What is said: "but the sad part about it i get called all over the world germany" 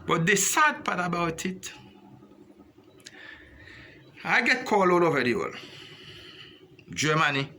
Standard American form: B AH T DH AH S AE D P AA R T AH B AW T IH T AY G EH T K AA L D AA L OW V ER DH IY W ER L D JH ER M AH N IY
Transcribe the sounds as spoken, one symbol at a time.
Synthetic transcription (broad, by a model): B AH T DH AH S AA D P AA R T AH B AW T IH T AY G EH T K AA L AA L OW V ER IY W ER L JH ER M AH N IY